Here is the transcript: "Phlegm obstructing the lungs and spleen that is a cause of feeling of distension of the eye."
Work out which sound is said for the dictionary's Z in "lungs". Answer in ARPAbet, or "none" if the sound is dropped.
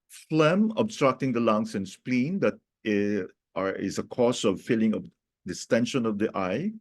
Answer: S